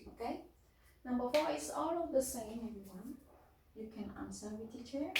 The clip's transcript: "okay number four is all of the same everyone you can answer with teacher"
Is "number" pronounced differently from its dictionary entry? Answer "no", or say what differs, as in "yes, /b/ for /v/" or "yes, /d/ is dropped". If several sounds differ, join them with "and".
yes, /m/ is dropped